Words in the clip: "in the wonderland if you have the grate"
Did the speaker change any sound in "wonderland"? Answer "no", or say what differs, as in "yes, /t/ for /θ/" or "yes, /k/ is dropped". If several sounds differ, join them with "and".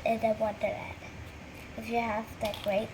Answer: yes, /l/ is dropped